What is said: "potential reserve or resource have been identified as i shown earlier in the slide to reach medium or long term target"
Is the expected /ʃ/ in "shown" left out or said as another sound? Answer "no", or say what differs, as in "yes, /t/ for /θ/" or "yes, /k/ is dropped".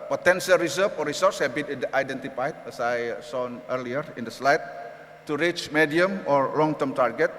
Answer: yes, /s/ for /ʃ/